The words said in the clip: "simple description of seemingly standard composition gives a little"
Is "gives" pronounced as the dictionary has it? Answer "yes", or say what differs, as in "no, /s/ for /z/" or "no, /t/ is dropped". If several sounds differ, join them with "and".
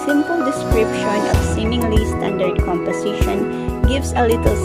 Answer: no, /s/ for /z/